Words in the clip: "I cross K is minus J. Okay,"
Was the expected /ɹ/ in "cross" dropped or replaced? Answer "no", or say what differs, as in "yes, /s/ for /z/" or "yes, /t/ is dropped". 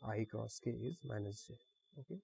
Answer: no